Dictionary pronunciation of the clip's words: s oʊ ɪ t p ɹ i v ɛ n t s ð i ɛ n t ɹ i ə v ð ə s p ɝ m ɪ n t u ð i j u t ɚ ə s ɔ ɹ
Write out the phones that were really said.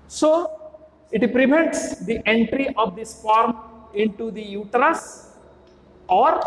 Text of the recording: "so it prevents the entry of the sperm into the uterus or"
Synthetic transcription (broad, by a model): s oʊ ɪ t p ɹ i v ɛ n t s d i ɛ n t ɹ i ə v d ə s f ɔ m ɪ n t u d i j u t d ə s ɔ ɹ